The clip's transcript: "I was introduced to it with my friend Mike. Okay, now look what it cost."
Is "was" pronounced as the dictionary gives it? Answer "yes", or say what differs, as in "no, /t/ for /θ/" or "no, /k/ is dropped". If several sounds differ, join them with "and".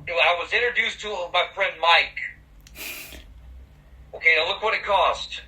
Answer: yes